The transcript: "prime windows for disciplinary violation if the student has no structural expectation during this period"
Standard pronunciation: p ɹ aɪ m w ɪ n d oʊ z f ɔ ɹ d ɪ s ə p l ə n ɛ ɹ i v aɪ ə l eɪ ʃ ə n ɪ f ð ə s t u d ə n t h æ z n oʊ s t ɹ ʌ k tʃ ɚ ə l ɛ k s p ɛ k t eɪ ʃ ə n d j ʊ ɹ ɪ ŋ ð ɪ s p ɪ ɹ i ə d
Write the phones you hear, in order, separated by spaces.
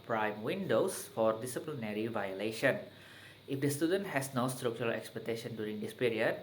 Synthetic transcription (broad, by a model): p ɹ aɪ m w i n d oʊ s f ɔ ɹ d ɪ s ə p l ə n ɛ ɹ i v aɪ ə l eɪ ʃ ə n ɪ f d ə s t u d ə n t h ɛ s n oʊ s t ɹ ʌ k tʃ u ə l ɛ k s p ɛ k t eɪ ʃ ə n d j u ɹ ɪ ŋ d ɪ s p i ɹ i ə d